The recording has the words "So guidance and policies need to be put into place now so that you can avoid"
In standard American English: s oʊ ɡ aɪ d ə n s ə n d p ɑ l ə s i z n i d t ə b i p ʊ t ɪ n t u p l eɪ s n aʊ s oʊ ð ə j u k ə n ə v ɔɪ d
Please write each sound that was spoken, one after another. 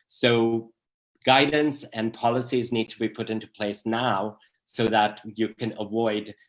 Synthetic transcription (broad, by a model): s oʊ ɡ aɪ d n s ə n p ɑ l ə s i z n i d t ə b i p ʊ t ɪ n t u p l eɪ s n aʊ s oʊ ð ə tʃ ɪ k ə n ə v ɔɪ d